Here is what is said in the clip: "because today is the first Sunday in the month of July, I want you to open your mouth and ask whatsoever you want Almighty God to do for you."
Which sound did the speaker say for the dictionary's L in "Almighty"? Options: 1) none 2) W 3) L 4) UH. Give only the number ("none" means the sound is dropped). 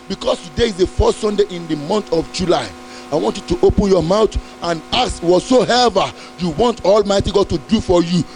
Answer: 3